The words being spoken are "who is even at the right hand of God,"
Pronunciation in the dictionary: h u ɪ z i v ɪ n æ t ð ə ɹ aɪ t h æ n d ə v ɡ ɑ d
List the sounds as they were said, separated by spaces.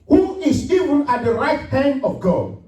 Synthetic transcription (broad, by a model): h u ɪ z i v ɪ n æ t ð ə ɹ aɪ t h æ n ə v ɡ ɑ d